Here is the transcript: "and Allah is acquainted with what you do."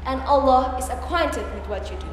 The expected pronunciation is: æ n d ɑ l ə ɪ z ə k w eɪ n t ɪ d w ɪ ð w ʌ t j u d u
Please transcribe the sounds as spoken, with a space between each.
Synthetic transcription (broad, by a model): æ n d ɑ l ə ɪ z ə k w eɪ n t ɪ d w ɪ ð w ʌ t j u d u